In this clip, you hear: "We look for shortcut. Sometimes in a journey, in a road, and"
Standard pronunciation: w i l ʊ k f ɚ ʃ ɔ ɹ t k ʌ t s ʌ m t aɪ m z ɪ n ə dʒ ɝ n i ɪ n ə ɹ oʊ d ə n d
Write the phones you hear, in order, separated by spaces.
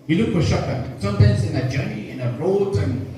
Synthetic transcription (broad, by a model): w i l ʊ k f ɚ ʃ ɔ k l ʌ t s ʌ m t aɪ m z ɪ n ə dʒ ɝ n i ɪ n ə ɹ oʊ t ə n